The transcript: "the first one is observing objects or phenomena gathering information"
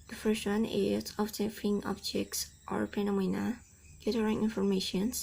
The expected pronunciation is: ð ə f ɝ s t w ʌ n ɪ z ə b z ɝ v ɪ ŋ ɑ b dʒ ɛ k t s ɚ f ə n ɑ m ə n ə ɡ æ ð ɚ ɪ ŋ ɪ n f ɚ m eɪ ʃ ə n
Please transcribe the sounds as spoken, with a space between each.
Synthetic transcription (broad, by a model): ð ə f ɝ s t w ʌ n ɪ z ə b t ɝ f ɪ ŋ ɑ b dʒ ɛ k t s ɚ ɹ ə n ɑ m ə n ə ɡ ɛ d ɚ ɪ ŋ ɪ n f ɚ m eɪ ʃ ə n